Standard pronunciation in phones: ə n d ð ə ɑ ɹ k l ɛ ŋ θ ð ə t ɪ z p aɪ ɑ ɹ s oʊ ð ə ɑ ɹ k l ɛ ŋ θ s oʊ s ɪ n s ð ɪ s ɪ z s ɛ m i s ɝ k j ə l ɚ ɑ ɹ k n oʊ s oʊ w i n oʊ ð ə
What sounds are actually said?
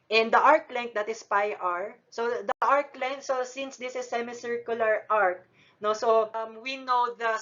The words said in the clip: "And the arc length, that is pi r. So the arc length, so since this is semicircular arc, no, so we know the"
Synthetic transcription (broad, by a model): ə n d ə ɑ ɹ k l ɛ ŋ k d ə t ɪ s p aɪ ɑ ɹ s oʊ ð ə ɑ ɹ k l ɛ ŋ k s oʊ s ɪ n s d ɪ s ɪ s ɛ m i s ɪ k j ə l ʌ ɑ ɹ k n oʊ s oʊ w i n oʊ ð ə